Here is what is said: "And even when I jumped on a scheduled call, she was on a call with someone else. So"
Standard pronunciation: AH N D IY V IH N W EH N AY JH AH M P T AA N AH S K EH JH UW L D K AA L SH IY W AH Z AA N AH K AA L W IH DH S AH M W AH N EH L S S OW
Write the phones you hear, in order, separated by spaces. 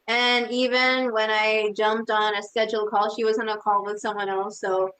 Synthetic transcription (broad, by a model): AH N IY V IH N W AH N AY JH AH M P T N AH S K EH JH L K AA L SH IY W AH Z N AH K AA L W IH DH S AH M W AH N EH L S S OW